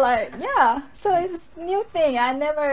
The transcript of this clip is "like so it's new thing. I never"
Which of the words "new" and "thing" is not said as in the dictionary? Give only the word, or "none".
none